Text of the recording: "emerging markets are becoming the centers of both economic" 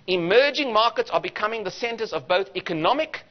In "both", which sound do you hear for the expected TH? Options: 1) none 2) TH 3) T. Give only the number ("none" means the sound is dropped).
2